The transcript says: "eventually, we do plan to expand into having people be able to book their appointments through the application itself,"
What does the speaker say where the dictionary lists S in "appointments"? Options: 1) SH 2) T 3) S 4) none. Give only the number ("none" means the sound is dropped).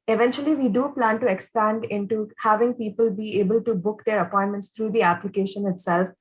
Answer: 3